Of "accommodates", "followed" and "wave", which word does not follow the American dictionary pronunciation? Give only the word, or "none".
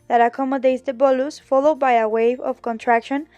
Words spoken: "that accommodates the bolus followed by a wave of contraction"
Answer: none